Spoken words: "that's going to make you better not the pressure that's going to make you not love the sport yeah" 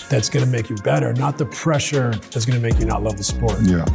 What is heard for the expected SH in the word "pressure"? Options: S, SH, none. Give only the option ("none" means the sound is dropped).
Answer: SH